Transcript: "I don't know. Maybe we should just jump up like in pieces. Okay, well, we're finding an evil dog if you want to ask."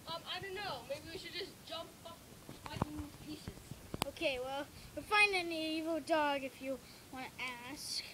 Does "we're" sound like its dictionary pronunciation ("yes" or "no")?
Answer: no